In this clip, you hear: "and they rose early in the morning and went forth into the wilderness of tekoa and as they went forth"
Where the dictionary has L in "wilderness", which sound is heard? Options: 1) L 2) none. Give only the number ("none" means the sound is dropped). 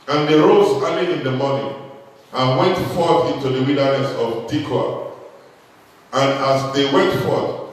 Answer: 2